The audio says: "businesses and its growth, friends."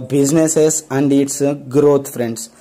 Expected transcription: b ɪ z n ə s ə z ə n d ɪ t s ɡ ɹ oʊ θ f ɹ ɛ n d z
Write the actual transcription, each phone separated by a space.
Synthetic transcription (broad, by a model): b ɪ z n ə s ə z ə n d ɪ t s ɡ ɹ oʊ t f ɹ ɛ n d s